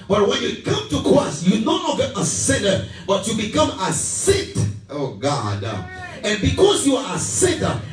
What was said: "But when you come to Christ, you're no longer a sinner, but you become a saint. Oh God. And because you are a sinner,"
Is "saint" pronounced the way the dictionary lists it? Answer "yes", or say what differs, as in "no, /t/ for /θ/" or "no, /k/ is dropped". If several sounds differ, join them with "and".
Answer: no, /n/ is dropped